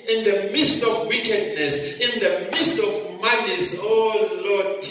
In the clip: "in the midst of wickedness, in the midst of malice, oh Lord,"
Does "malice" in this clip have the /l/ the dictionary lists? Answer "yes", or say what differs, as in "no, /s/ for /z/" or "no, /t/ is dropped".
no, /n/ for /l/